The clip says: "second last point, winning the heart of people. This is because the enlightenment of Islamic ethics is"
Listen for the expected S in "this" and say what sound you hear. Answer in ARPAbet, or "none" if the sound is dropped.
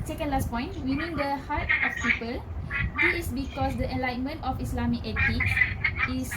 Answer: none